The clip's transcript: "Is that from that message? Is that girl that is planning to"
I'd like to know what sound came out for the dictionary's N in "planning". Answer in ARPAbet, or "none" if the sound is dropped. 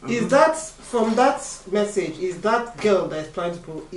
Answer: none